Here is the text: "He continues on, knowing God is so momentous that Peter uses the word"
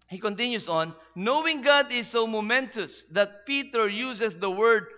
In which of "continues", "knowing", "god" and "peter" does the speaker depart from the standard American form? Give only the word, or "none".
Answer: continues